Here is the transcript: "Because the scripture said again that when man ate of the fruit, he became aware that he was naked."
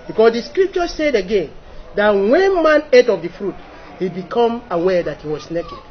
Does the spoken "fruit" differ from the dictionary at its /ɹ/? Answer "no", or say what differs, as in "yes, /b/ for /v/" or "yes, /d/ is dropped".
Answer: no